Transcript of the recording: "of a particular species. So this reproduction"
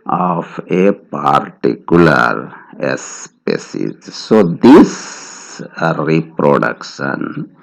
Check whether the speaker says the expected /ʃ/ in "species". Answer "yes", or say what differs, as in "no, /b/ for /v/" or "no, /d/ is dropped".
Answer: no, /s/ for /ʃ/